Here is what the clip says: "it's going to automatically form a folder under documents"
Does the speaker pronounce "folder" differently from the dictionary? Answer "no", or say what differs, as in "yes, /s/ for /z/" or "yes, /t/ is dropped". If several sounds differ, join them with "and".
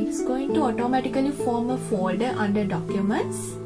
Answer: yes, /l/ is dropped